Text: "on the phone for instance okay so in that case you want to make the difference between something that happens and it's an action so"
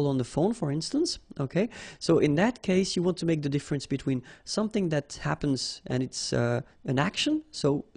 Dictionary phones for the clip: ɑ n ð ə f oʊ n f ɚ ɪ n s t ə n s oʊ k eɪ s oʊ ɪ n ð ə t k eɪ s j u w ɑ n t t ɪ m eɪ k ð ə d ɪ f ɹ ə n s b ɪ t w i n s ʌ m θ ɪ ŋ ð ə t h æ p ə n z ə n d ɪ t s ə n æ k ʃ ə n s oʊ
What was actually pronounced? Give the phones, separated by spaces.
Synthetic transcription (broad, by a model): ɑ n ð ə f oʊ n f ɚ ɪ n s t ə n s oʊ k eɪ s oʊ ɪ n ð ə t k eɪ s j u w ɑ n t t ɪ m eɪ k ð ə d ɪ f ɹ ə n s b ɪ t w i n s ʌ m θ ɪ ŋ ð ə t h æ p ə n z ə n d ɪ t s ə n æ k ʃ ə n s oʊ